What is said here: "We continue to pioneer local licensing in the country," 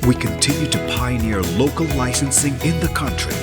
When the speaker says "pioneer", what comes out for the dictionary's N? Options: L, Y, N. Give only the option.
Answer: N